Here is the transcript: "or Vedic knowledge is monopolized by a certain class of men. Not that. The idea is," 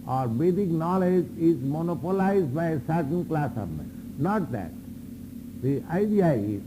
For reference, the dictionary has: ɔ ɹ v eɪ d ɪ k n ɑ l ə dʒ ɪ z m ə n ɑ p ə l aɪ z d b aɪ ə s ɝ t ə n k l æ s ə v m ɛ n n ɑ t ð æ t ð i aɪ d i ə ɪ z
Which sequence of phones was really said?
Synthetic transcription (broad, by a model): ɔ ɹ b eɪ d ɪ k n ɑ l ə dʒ ɪ z m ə n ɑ p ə l aɪ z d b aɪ ə s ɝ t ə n k l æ s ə b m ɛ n n ɑ t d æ t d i aɪ d i ə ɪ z